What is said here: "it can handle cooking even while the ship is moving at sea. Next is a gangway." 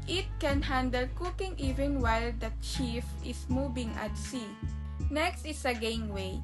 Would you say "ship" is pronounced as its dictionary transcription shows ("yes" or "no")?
no